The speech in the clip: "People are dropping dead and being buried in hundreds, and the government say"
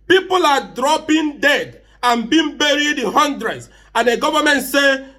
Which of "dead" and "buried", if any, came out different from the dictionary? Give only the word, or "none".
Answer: none